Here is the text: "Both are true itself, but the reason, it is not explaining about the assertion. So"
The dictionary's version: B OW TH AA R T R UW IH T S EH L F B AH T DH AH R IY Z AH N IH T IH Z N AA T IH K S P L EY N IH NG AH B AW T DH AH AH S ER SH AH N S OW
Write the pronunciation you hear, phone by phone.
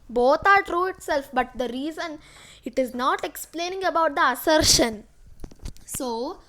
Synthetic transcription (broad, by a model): B OW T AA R T R UW IH T S EH L F B AH T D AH R IY Z AH N IH T IH Z N AA T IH K S P L EY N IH NG AH B AW T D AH AH S ER SH AH N S OW